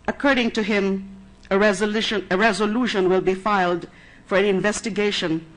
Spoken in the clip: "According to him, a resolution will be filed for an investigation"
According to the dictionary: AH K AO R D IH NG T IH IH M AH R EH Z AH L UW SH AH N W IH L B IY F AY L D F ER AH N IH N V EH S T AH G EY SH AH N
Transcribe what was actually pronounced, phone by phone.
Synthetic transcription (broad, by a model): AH K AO R D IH NG T IH IH M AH R EH Z AH L UW SH AH N W IH L B IY F AY L D F ER AH N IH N V EH S T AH G EY SH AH N